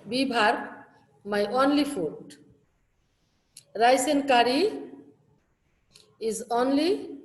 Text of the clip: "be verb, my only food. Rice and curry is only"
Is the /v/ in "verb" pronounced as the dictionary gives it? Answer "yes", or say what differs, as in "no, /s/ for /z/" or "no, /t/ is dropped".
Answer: no, /b/ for /v/